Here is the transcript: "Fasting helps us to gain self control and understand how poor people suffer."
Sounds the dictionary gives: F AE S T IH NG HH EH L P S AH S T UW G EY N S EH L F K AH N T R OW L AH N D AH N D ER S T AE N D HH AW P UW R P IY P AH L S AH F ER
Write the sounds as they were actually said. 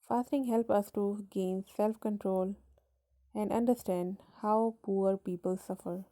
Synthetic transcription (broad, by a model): F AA S T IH NG HH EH L P AH S T UW G EY N S EH L F K AH N T R OW L AH N D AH N D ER S T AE N D HH AW P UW R P IY P AH L S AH F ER